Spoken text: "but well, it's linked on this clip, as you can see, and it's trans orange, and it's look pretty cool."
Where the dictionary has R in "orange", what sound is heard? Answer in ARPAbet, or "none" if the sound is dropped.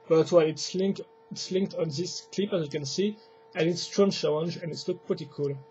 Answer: L